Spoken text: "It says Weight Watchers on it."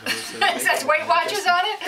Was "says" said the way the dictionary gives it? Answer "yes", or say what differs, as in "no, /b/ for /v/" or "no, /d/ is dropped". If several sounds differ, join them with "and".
no, /s/ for /z/